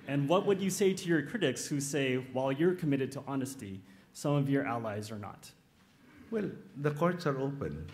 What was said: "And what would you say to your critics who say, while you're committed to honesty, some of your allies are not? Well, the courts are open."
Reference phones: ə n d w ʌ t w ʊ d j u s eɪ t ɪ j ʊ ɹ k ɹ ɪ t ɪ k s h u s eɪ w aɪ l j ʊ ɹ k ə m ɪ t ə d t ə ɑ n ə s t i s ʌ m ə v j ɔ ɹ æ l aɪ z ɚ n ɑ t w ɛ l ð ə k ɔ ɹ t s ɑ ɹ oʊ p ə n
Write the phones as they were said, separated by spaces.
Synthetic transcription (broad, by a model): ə n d w ʌ t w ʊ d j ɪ s eɪ t ɪ j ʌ ɹ k ɹ ɪ t ɪ k s h u s eɪ w aɪ l j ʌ ɹ k ə m ɪ t ə d t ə ɑ n ə s t i s ʌ m ə v j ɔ ɹ æ l aɪ z ɚ n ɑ t w ɛ l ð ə k ɔ ɹ t s ɑ ɹ oʊ p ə n